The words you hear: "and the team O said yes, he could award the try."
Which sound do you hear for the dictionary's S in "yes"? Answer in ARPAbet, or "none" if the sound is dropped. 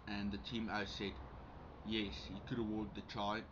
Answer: S